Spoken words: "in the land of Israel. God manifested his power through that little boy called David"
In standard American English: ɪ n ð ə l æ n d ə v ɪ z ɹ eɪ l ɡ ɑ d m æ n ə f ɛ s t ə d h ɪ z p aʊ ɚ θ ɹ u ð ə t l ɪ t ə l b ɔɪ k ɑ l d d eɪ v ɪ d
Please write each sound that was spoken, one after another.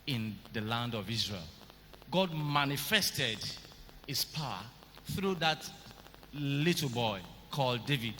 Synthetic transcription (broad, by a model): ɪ n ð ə l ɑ n d ə v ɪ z ɹ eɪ l ɡ ɑ d m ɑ n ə f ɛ s t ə d h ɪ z p aʊ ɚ θ ɹ u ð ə t l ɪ t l b ɔɪ k ɑ l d d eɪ v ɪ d